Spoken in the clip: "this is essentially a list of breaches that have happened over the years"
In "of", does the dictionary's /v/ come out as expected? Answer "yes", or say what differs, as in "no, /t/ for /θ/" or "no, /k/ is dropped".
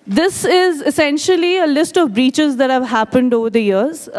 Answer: yes